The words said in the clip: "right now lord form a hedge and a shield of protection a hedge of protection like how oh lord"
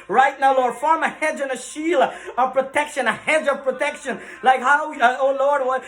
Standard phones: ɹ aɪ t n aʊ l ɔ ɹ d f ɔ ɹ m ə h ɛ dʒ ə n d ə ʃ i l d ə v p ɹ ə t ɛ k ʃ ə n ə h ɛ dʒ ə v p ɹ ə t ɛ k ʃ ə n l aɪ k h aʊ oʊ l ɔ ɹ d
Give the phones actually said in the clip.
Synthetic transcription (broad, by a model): ɹ aɪ t n aʊ l ɔ ɹ d f ɔ ɹ m ə h ɛ dʒ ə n ə ʃ i l ə v p ɹ ə t ɛ k ʃ ə n ə h ɛ dʒ ə v p ɹ ə t ɛ k ʃ ə n l aɪ k h aʊ oʊ l ɔ ɹ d